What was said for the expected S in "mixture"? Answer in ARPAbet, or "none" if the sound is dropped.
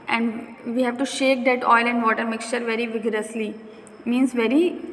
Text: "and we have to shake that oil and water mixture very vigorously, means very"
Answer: S